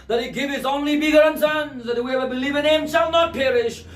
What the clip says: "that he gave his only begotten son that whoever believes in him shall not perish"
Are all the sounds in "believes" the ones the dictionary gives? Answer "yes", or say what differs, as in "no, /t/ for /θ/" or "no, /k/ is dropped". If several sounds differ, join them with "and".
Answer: no, /z/ is dropped